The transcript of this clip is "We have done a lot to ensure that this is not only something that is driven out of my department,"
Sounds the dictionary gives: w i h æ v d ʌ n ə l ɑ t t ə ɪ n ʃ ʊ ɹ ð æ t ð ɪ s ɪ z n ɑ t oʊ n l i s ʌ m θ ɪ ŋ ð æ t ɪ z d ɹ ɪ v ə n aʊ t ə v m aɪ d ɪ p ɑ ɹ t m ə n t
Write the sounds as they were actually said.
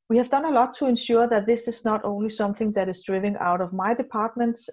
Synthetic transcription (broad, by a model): w i h æ v d ʌ n ə l ɑ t t ə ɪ n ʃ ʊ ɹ ð æ t ð ɪ s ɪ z n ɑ t oʊ n l i s ʌ m θ ɪ ŋ ð æ t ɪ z d ɹ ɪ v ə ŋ aʊ t ə v m aɪ d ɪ p ɑ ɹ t m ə n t